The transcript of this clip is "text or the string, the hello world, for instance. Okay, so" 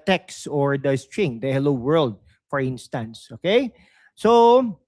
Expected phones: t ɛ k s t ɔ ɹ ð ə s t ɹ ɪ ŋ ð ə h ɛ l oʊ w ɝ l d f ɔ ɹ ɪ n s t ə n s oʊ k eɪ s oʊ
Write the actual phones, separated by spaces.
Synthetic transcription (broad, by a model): t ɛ k s ɔ ɹ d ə s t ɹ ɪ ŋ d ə h ɛ l oʊ w ɝ l d f ɔ ɹ ɪ n s t ə n s oʊ k eɪ s oʊ